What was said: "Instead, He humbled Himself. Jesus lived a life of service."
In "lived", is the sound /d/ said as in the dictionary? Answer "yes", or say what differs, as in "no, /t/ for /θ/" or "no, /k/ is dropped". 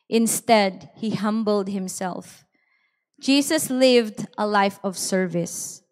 yes